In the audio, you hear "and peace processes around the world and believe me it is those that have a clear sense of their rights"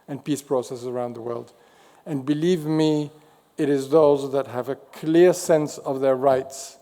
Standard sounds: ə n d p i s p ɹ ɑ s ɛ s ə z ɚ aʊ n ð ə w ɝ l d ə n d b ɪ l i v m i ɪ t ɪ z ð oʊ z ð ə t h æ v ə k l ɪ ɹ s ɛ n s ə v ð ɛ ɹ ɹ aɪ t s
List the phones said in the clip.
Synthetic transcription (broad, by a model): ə n p i s p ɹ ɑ s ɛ s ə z ɚ aʊ n ð ə w ɝ l d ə n b ɪ l i v m i ɪ t ɪ z ð oʊ z ð ə t h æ v ə k l ɪ ɹ s ɛ n s ə v ð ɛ ɹ ɹ aɪ t s